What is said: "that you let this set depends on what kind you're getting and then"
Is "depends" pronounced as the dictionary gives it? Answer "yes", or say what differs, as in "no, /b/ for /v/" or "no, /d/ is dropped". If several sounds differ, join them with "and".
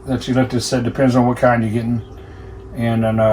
yes